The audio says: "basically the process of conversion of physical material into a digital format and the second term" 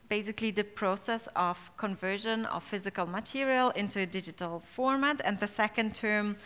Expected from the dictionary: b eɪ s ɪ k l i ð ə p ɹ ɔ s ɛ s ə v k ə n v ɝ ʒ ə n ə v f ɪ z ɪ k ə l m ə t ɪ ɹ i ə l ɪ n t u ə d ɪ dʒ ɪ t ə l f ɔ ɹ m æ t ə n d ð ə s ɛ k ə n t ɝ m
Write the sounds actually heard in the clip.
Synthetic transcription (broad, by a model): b eɪ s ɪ k l i ð ə p ɹ ɔ s ɛ s ə v k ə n v ɝ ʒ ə n ə v f ɪ z ɪ k ə l m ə t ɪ ɹ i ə l ɪ n t u ə d ɪ dʒ ɪ t ə l f ɔ ɹ m æ t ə n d ð ə s ɛ k ə n t ɝ m